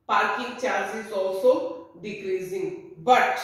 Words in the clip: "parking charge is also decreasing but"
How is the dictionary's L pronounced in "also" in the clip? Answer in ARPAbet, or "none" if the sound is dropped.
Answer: none